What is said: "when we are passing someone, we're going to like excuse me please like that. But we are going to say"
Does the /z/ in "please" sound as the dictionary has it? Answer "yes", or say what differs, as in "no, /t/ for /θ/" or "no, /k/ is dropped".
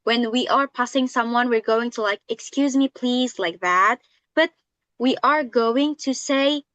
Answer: yes